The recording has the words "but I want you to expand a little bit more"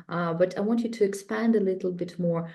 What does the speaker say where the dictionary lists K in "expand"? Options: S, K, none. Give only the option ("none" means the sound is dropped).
K